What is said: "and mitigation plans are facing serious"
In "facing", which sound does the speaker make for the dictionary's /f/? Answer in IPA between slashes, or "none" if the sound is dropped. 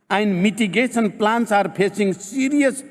/p/